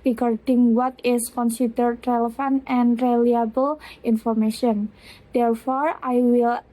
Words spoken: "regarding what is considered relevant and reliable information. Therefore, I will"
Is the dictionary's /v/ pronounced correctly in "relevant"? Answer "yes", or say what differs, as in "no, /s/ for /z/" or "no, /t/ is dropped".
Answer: no, /f/ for /v/